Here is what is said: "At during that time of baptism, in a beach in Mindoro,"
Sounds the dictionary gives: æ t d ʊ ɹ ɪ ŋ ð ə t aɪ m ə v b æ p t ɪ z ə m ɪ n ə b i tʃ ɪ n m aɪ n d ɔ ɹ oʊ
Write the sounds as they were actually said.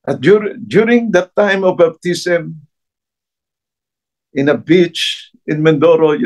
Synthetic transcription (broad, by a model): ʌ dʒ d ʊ ɹ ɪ ŋ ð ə t aɪ m ə v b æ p t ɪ s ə m ɪ n ə b i tʃ ɪ n m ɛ n d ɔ ɹ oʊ